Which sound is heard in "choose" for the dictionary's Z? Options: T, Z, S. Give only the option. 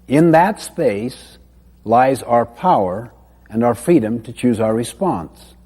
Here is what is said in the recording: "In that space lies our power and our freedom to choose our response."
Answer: Z